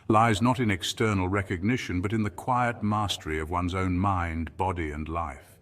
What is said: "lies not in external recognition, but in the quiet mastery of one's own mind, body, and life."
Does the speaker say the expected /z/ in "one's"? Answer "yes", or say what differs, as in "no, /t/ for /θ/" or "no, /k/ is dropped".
yes